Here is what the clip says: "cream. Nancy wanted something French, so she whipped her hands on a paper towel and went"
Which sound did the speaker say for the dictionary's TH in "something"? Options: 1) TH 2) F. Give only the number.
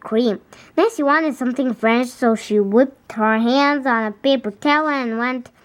1